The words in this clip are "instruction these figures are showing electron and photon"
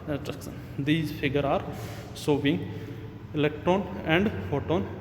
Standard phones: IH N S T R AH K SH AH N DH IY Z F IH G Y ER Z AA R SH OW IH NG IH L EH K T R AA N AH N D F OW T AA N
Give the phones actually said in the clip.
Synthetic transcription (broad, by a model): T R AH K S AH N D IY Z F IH G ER AA R S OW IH NG IH L EH K T R AA N AH N D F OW T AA N